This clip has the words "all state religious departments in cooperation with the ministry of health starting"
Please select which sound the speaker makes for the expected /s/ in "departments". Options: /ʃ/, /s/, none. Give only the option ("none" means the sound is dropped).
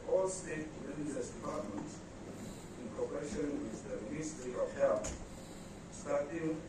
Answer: none